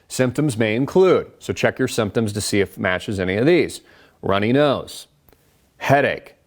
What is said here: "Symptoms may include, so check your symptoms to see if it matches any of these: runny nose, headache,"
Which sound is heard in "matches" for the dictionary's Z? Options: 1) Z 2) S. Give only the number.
1